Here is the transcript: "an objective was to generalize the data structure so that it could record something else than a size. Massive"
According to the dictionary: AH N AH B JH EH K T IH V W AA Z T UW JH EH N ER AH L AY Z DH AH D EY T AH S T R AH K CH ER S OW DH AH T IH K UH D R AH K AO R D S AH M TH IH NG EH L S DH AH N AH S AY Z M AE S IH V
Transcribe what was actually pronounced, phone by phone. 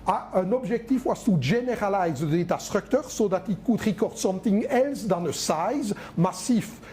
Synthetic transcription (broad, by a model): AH N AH B ZH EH K T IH F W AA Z T UW ZH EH N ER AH L AY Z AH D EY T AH S T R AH K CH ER S OW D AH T IH K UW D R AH K AO R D S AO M T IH NG EH L S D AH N AH S AY Z M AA S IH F